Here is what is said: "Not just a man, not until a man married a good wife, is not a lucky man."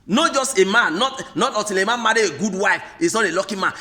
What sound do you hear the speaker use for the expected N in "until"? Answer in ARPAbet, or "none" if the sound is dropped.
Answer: none